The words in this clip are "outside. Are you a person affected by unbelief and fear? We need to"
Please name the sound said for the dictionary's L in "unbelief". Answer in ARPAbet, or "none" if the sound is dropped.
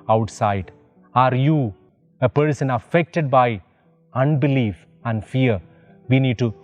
L